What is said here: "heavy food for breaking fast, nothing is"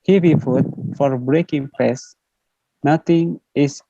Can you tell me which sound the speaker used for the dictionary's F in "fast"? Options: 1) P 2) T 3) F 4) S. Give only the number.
1